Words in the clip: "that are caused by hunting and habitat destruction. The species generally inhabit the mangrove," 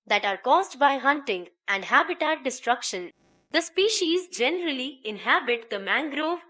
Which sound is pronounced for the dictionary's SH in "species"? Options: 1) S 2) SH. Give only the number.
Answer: 2